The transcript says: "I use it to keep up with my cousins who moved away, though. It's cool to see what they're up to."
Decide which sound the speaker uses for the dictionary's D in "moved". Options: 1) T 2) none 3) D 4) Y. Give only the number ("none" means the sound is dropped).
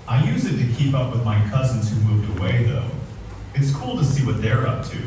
3